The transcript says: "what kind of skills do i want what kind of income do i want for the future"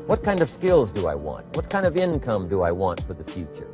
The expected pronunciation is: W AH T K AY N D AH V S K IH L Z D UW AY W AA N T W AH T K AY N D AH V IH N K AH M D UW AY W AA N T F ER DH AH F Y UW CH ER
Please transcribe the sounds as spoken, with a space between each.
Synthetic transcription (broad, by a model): W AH T K AY N D AH V S K IH L Z D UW AY W AA N T W AH T K AY N D AH V IH N K AH M D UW AY W AA N T F ER DH AH F Y UW CH ER